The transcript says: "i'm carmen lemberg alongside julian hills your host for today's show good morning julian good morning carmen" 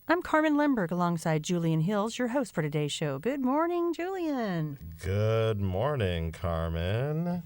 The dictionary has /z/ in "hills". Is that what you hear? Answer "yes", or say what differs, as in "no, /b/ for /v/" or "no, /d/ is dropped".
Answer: yes